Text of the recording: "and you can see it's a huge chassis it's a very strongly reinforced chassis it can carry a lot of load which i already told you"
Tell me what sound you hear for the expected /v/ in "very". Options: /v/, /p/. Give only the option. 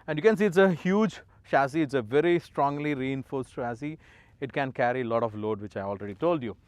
/v/